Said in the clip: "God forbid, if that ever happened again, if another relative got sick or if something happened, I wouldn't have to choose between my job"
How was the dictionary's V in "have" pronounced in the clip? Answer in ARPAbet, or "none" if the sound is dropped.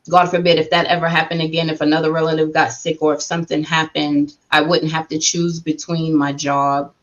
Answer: F